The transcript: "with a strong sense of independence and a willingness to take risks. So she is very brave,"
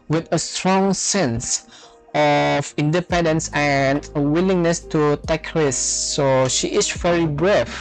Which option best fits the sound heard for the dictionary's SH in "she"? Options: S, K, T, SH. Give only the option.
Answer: SH